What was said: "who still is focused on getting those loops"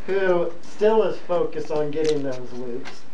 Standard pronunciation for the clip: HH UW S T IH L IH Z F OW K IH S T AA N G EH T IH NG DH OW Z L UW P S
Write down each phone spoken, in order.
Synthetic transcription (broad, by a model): HH UW S T IH L IH Z F OW K IH S T N G EH T IH NG DH OW Z L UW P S